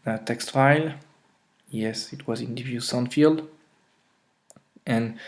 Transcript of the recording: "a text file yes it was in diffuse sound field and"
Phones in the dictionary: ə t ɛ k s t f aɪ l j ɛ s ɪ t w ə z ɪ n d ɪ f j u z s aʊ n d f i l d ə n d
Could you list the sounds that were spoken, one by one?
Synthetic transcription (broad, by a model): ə t ɛ k s t f aɪ l j ɛ s ɪ t w ə z ɪ n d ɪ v j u s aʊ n f i l d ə n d